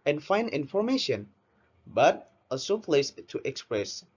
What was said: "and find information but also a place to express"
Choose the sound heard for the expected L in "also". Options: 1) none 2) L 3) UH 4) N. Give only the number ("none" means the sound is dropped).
1